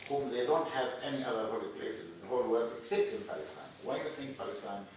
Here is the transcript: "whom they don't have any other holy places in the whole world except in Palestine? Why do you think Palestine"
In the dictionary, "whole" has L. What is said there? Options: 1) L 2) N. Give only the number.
1